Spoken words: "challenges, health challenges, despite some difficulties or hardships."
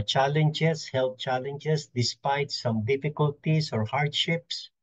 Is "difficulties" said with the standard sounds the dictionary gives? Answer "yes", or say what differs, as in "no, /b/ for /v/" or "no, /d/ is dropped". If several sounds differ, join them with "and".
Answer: no, /s/ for /z/